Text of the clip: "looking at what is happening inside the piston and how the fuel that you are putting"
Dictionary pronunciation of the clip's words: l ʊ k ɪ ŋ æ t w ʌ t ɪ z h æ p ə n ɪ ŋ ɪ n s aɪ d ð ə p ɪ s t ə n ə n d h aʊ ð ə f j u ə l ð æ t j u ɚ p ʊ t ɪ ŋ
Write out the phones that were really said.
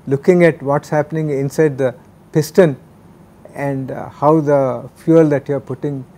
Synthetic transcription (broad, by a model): l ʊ k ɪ ŋ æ t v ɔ t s h æ p ə n ɪ ŋ ɪ n s aɪ d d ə p ɪ s t ə n ə n d h aʊ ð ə f j u ə l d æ t j u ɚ p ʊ t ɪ ŋ